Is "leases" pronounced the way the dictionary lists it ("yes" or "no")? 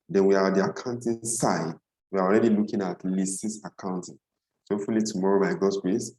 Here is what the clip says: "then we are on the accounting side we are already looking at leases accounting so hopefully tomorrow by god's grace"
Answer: no